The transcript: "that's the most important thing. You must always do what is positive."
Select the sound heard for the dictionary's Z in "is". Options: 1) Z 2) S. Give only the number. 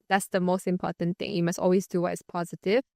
2